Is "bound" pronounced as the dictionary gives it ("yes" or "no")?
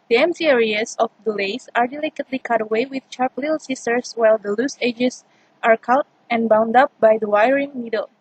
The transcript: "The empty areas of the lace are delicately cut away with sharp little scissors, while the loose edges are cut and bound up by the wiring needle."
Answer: yes